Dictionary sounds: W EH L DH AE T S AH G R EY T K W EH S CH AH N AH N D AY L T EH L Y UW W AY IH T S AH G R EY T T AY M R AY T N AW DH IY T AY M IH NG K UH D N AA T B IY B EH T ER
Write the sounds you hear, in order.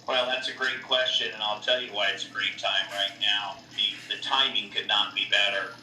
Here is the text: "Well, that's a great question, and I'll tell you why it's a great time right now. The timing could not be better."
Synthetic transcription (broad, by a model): W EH L DH AE T S AH G R EY T K W EH S CH AH N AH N AY L T EH L Y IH W AY IH T S AH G R EY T T AY M R AY T N AW DH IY T AY M IH NG K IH D N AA T B IY B EH T ER